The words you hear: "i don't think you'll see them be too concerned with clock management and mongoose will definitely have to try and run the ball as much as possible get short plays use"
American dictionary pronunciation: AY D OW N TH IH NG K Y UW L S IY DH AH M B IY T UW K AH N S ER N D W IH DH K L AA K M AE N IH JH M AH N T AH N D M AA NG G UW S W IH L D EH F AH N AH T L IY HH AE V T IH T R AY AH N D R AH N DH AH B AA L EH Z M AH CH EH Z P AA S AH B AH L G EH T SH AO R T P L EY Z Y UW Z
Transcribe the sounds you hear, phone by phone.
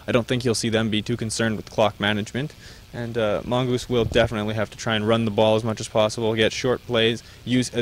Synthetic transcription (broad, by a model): AY D OW N TH IH NG K Y UW L S IY DH AH M B IY T UW K AH N S ER N D W IH DH K L AA K M AE N IH JH M AH N T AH N M AA NG G UW S W IH L D EH F AH N AH T L IY HH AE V T IH T R AY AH N R AH N DH AH B AA L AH Z M AH CH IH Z P AA S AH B L G EH T SH AO R T P L EY Z Y UW Z